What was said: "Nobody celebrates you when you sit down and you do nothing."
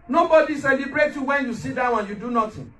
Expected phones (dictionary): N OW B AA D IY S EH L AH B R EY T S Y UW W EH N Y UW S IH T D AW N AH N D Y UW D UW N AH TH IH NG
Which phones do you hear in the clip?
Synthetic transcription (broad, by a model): N OW B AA D IY S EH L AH B R EY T Y UW W EH N Y UW S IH T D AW AH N Y UW D UW N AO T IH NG